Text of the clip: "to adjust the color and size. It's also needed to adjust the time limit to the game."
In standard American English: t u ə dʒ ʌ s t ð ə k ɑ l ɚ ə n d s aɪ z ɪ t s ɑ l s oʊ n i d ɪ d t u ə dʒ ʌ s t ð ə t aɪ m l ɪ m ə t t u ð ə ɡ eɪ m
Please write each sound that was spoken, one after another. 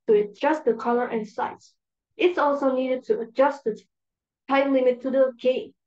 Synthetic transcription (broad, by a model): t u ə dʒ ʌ s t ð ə k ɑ l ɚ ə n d s aɪ s ɪ t s ɑ l s oʊ n i d ɪ d t u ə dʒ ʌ s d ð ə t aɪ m l ɪ m ə t t u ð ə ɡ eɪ